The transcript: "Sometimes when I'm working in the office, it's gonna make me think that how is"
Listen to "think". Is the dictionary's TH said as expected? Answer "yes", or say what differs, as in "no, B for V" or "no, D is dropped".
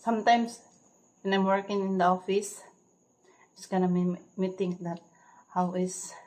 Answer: no, T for TH